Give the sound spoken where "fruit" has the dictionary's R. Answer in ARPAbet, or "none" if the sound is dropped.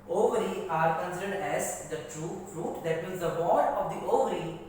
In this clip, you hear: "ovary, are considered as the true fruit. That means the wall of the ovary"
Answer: R